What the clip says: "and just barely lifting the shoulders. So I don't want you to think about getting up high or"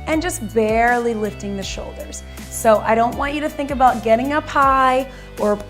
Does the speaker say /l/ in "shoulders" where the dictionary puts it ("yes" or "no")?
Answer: yes